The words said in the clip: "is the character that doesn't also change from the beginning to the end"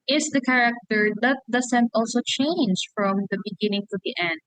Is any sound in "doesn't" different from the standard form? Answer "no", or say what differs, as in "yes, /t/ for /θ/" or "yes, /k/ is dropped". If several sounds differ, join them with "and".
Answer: yes, /s/ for /z/